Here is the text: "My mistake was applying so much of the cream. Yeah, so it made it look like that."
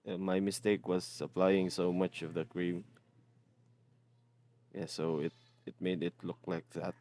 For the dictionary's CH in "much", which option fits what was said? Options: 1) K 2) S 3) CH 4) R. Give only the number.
3